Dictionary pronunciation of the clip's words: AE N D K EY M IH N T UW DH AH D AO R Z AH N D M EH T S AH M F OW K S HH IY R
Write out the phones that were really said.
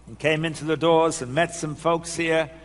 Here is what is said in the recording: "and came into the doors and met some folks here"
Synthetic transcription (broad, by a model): N K EY M IH N T UW DH AH D AO R Z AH N M EH T S AH M F OW K S HH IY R